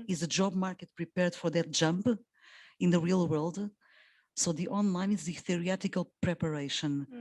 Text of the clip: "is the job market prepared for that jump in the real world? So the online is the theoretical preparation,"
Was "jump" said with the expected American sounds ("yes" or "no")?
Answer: yes